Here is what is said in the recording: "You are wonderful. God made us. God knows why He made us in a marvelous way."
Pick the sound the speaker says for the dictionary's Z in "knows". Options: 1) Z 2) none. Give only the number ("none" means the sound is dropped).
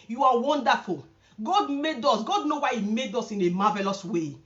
2